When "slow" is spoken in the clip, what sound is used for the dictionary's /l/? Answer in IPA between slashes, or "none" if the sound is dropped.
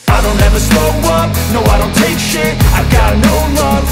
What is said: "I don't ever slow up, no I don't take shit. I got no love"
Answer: none